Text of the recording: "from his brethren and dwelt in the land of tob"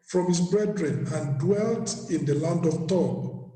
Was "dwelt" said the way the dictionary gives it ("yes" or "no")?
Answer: yes